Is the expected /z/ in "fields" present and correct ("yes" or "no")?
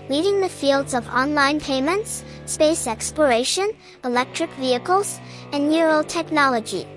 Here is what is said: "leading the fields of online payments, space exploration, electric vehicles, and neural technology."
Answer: yes